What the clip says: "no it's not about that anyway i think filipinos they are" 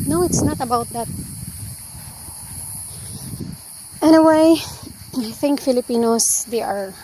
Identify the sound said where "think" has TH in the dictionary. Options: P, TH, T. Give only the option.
TH